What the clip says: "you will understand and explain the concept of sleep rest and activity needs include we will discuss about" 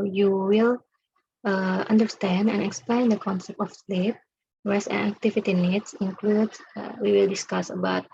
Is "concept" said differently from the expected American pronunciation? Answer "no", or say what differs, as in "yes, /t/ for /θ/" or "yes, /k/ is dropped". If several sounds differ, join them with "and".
no